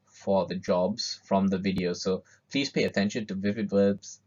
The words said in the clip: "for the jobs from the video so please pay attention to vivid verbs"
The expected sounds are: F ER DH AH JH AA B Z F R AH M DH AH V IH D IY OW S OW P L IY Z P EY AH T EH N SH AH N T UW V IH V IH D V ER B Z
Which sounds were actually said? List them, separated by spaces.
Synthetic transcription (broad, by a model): F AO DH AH JH AA B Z F R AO M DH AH V IH D IY OW S OW P L IY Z P EY AH T EH N SH AH N T UW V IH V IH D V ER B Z